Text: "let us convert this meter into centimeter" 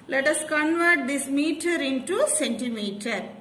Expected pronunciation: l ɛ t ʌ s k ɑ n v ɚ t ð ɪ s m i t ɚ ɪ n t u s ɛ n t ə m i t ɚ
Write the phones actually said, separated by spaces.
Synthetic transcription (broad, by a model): l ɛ t ʌ s k ɑ n v ɚ t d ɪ s m i t ɚ ɪ n t u s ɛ n t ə m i t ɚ